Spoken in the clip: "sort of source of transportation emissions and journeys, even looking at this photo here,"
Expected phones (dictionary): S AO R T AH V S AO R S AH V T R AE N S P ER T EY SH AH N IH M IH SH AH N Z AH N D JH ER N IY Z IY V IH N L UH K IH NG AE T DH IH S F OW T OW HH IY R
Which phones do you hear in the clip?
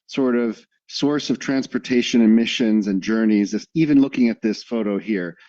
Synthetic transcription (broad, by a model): S AO R T AH V S AO R S AH V T R AE N S P ER T EY SH AH N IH M IH SH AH N Z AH N JH ER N IY Z IY V IH N L UH K IH NG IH T DH IH S F OW T OW HH IY R